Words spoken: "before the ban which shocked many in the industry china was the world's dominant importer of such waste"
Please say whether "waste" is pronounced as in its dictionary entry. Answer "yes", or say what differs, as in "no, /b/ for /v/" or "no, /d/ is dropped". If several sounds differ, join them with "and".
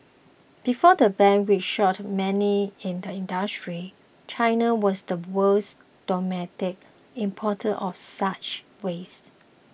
no, /t/ is dropped